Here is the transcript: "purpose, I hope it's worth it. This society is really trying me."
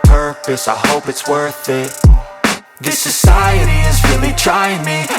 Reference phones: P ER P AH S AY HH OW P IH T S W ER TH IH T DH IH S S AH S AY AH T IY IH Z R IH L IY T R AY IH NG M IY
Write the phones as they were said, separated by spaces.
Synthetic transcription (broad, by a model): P ER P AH S AY HH OW P IH T S W ER TH IH T DH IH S S AH S AY AH T IY IH Z R IH L IY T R AY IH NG M IY